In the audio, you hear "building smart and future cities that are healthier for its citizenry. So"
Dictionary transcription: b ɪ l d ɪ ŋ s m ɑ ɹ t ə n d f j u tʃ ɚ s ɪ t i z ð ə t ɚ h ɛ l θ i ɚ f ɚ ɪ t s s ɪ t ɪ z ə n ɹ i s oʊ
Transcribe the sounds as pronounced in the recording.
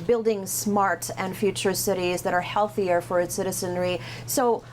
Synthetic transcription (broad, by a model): b ɪ l d ɪ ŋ s m ɑ ɹ t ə n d f j u tʃ ɚ s ɪ t i z ð ə t ɚ h ɛ l θ i ɚ f ɚ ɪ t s s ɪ t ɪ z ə n ɹ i s oʊ